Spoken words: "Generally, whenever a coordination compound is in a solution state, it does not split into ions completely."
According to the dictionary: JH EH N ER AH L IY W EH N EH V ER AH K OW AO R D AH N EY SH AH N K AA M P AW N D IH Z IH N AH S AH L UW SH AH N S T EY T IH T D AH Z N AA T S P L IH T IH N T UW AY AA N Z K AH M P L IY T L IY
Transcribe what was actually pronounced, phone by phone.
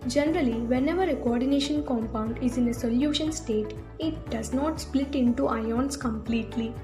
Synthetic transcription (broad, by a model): JH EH N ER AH L IY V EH N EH V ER AH K OW AO R D AH N EY SH AH N K AA M P AW N D IH Z IH N AH S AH L UW SH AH N S T EY T IH T D AH Z N AA T S P L IH T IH N T UW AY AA N S K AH M P L IY T L IY